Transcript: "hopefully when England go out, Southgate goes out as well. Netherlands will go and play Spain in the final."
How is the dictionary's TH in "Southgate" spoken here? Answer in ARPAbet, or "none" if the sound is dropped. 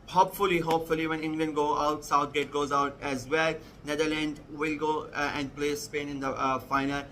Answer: T